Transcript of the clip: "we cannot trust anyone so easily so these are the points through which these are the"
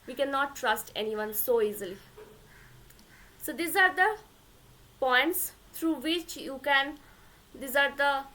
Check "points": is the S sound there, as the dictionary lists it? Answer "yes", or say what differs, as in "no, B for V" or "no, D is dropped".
yes